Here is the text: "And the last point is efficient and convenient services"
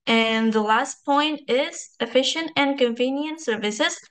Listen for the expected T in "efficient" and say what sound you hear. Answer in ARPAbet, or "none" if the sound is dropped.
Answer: T